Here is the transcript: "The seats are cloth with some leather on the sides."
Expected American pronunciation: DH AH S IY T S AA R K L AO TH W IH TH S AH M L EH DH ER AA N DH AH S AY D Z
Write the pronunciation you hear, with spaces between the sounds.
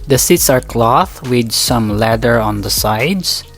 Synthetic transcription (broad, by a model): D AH S IY T S AA R K L AO TH W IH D S AH M L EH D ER AA N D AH S AY D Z